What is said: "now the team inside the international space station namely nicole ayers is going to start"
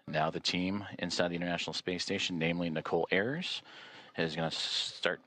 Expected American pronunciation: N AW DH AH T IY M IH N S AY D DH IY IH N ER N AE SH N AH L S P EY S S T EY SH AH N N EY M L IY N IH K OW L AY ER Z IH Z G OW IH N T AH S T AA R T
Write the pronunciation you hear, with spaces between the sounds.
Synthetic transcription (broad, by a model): N AW DH AH T IY M IH N S AY D DH IY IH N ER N AE SH N L S P EY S S T EY AH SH N EY M L IY N IH K OW L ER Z IH Z G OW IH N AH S T AA R T